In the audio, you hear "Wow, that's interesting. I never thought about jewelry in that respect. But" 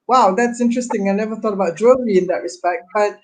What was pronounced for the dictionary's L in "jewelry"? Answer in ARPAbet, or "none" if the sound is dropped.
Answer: none